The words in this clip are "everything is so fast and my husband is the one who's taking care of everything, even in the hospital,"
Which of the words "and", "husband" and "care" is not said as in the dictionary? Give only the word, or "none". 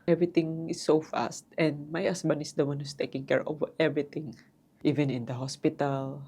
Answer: husband